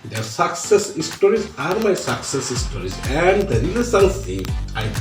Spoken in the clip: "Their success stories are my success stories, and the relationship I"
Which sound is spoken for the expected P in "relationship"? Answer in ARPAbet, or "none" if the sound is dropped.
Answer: none